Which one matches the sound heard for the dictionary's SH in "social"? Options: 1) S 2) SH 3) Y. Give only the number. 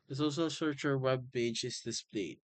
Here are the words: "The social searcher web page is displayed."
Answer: 1